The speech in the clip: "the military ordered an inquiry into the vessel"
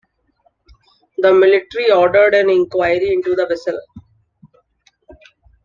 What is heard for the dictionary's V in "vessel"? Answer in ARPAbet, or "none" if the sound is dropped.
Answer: V